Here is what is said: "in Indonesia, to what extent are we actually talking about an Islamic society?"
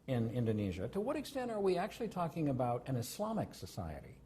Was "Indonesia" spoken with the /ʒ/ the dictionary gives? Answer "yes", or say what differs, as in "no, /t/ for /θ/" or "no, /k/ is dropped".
yes